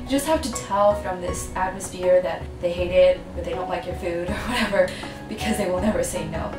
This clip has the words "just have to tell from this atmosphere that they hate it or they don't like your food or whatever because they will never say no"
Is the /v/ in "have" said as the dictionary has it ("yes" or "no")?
no